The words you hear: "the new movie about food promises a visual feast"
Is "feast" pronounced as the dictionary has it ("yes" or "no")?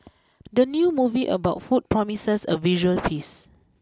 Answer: no